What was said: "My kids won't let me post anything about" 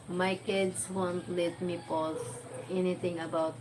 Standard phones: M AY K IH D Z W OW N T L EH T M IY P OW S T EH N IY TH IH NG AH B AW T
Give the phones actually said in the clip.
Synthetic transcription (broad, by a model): M AY K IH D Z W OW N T L EH T M IY P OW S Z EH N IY T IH NG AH B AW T